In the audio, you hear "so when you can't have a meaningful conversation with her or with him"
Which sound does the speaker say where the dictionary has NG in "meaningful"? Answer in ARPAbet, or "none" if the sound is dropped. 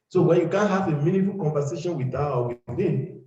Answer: none